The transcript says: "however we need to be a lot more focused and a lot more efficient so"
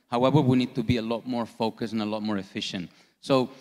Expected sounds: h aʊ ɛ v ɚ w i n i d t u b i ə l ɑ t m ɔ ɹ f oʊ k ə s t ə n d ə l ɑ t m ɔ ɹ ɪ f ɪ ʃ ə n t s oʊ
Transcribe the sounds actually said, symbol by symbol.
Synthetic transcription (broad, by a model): h aʊ ɛ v ɚ w i n i d t u b i ə l ɑ t m ɔ ɹ f oʊ k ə s ə n ə l ɑ t m ɔ ɹ ɪ f ɪ ʃ ə n t s oʊ